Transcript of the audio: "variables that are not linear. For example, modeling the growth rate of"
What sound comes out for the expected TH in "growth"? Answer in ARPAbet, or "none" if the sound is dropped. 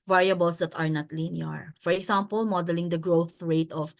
TH